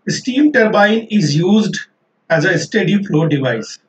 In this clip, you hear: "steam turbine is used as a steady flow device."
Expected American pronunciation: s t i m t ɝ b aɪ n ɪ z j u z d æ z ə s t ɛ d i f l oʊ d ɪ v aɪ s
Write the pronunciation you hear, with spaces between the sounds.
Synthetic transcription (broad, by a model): s t i m t ɝ b aɪ n ɪ z j u z d æ z ə s t ɛ d i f l oʊ d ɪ v aɪ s